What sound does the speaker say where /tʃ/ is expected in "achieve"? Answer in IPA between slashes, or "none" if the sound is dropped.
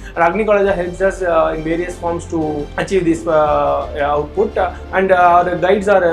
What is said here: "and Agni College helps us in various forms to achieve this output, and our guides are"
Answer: /tʃ/